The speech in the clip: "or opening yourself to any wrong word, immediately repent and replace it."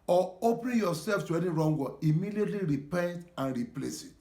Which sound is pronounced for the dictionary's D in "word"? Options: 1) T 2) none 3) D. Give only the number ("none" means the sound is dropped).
2